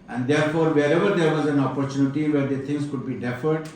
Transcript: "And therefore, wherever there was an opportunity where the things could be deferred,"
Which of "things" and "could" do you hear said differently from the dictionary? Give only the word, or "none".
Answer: things